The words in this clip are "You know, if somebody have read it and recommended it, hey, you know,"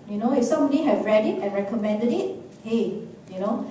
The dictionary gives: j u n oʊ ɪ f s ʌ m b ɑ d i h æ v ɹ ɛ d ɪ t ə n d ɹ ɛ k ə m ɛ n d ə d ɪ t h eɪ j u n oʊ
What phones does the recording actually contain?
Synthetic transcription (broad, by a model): j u n oʊ ɪ f s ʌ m ɑ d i h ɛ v ɹ ɛ d ɪ t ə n ɹ ɛ k ə m ɛ n d ə d ɪ t h eɪ j u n oʊ